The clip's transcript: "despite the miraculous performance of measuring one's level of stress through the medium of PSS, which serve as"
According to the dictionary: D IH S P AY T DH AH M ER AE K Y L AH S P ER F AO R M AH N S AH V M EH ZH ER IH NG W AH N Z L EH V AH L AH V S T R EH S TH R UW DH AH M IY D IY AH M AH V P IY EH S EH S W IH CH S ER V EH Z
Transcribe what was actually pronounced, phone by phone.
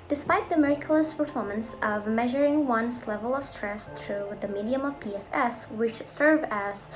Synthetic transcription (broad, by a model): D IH S P AY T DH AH M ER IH K Y L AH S P ER F AO R M AH N S AH V M EH ZH ER IH NG W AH N S L EH V AH L AH V S T R EH S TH R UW DH AH M IY D IY AH M AH V P IY EH S EH S W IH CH S ER V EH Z